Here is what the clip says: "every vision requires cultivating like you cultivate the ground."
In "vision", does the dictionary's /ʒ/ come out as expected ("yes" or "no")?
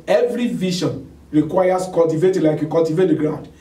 no